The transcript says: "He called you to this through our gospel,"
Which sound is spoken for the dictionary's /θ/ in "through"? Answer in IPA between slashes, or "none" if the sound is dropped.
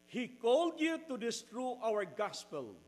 /t/